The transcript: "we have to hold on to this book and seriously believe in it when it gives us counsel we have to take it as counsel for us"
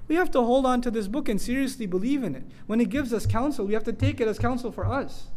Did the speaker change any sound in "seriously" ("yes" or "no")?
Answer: no